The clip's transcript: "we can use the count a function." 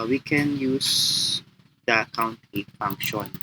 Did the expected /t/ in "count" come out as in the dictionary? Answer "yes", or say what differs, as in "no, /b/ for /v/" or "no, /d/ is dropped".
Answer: yes